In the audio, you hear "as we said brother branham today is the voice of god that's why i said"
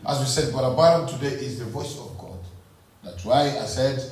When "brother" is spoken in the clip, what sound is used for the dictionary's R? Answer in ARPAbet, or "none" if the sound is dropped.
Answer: none